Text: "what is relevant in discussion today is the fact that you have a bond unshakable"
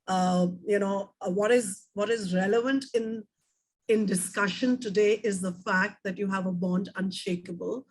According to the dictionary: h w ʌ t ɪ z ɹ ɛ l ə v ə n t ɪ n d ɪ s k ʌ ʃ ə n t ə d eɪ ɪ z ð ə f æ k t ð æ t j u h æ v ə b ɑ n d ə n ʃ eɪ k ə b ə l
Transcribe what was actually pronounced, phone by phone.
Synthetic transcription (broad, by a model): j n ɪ t ɪ z ɹ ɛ l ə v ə n t ɪ n d ɪ s k ʌ ʃ ə n t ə d eɪ ɪ z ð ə f æ k t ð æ t j u h æ v ə b ɑ n d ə n ʃ eɪ k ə b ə l